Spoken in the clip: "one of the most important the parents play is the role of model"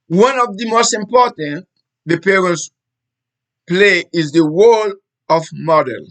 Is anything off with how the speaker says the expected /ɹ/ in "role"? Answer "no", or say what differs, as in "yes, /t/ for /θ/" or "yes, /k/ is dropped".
yes, /w/ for /ɹ/